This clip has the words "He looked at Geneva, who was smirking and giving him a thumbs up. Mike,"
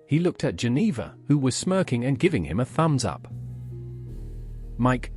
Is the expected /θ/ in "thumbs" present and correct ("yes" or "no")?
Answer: yes